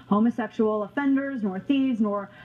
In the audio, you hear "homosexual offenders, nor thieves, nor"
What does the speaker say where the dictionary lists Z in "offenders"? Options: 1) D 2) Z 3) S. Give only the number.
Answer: 2